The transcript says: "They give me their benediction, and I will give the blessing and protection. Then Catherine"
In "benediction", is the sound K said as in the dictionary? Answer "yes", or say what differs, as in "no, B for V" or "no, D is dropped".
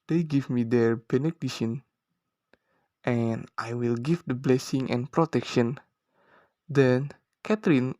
no, K is dropped